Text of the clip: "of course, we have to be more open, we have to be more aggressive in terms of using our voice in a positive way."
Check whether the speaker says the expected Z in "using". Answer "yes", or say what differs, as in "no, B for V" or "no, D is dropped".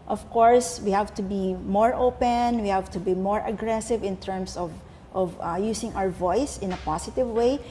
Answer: no, S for Z